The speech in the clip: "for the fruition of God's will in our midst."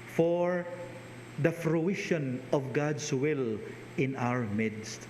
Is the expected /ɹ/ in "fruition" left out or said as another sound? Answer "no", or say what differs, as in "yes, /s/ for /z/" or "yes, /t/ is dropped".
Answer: no